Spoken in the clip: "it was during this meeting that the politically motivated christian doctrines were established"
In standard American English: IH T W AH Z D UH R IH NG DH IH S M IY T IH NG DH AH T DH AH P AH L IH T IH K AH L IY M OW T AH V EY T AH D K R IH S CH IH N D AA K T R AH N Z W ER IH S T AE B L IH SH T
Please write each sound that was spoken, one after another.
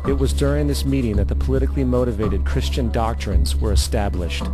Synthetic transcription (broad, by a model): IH T W AH Z D UH R IH NG DH IH S M IY T IH NG DH AH T DH AH P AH L IH T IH K L IY M OW T AH V EY T AH D K R IH S CH IH N D AA K T R AH N Z W ER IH S T AE B L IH SH T